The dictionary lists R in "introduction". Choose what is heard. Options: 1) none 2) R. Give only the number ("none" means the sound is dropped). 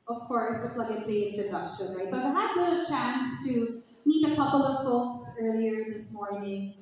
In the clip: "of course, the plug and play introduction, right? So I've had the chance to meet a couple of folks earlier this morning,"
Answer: 1